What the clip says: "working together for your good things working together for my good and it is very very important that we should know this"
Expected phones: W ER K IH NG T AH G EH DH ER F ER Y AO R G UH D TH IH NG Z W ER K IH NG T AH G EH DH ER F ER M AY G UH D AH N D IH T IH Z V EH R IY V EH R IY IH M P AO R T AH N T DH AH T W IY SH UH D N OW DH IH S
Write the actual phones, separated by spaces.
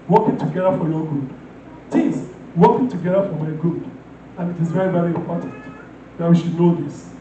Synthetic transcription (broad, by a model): W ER K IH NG T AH G EH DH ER F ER Y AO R G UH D T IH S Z W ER K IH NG T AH G EH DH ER F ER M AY G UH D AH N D IH T IH Z V EH R IY V EH R IY IH M P AO R T AH N T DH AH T W IY SH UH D N OW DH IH S